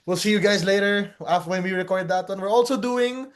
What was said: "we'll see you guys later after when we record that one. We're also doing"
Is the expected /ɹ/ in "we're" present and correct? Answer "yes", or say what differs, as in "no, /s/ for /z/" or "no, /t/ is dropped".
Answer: yes